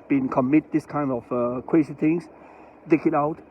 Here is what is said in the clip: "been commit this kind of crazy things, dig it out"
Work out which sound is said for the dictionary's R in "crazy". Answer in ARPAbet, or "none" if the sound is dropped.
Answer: W